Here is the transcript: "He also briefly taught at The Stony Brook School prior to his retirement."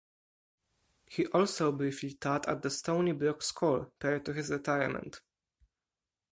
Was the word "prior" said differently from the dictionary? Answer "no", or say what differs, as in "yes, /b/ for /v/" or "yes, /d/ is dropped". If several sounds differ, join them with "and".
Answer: yes, /ɹ/ is dropped